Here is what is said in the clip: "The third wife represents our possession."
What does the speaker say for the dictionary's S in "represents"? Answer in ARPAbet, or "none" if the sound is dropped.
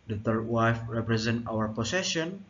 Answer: none